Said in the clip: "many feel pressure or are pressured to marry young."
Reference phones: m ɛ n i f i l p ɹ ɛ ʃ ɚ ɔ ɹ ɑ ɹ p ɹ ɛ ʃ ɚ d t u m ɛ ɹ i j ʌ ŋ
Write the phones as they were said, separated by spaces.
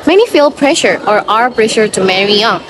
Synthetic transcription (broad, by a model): m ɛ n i f i l p ɹ ɛ ʃ ɚ ɔ ɹ ɑ ɹ p ɹ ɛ ʃ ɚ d t u m ɛ ɹ i j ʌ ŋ